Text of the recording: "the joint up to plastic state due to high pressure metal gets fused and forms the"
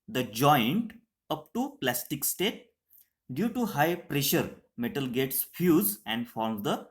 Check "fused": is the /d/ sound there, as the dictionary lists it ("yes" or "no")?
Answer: no